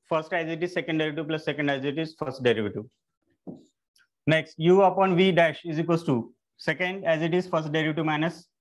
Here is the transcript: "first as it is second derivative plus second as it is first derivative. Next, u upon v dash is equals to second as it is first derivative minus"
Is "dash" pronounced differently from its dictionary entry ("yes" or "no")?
no